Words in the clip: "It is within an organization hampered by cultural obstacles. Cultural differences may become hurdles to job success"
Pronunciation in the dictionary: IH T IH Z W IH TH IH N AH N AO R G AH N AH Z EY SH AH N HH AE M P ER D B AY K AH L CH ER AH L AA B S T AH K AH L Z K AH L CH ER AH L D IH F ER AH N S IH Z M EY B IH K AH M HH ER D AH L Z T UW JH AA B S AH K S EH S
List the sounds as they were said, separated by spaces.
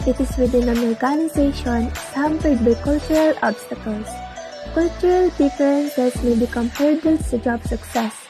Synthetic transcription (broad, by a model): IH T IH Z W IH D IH N AH N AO R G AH N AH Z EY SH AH N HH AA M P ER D B AY K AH L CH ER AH L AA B S T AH K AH L S K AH L CH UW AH L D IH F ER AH N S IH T M EY B IH K AH M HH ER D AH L S T UW JH AA B S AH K S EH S